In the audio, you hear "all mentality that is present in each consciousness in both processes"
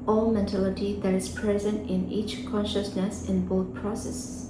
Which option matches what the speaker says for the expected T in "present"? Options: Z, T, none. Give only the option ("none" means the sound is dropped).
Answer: T